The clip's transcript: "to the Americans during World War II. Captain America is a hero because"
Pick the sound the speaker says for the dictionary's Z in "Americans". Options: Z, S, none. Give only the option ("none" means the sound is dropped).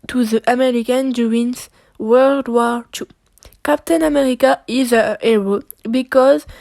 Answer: none